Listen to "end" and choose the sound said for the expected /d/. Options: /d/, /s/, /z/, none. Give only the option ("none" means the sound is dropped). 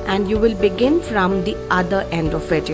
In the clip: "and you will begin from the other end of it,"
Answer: /d/